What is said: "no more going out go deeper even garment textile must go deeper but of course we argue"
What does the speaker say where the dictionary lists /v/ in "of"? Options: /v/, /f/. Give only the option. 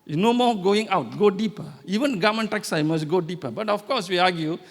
/f/